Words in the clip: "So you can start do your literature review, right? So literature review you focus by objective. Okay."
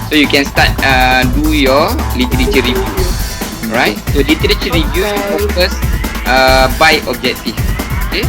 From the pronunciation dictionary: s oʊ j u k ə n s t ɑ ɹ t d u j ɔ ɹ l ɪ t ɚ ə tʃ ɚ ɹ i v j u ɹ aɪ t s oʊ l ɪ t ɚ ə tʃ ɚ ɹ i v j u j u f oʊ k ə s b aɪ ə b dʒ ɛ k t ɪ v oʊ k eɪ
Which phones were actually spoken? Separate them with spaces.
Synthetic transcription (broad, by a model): s oʊ j u k ə n s t ɑ t d u j ɔ l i t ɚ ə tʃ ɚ ɹ i v j u ɹ aɪ t s oʊ l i t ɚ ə tʃ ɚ ɹ i v j u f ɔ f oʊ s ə b aɪ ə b dʒ ɛ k t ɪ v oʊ k eɪ